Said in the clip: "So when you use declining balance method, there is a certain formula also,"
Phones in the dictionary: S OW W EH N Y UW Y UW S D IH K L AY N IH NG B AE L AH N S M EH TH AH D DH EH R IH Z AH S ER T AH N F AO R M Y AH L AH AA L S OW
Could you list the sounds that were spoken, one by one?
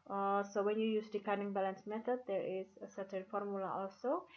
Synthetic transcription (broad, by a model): S OW W EH N Y UW Y UW S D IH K AY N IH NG B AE L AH N S M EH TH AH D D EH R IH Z AH S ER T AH N F AO R M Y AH L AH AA L S OW